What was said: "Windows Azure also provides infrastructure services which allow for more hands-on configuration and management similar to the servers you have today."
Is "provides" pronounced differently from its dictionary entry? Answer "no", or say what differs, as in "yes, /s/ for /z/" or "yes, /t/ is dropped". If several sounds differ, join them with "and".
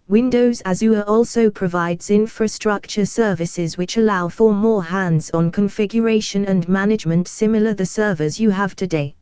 no